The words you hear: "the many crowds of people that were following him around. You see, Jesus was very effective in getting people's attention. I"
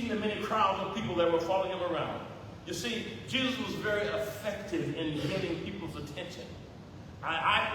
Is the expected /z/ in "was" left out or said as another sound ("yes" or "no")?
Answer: no